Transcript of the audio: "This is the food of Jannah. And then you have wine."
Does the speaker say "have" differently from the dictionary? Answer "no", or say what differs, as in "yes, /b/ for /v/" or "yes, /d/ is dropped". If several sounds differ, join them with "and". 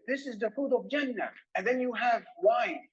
no